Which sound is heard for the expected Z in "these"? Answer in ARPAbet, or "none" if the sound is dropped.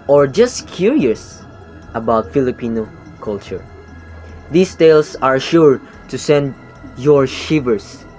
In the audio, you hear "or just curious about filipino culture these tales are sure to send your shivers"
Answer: S